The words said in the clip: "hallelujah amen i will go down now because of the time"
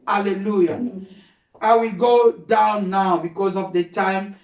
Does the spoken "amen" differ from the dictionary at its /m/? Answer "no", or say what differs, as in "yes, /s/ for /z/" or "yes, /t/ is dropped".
yes, /m/ is dropped